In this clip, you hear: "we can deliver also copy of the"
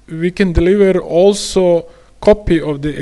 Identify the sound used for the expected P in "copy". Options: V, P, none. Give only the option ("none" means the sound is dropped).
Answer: P